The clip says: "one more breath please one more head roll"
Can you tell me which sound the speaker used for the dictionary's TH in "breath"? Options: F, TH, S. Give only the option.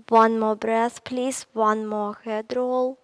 S